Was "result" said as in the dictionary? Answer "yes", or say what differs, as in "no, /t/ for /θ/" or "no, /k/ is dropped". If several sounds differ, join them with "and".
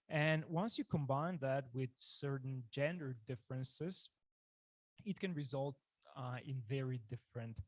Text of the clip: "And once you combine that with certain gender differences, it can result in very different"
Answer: yes